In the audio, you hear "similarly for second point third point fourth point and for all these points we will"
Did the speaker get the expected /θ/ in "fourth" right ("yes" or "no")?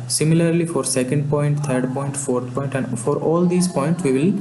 no